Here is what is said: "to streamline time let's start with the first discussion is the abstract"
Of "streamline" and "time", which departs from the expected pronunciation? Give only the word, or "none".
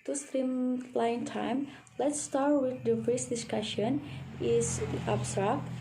streamline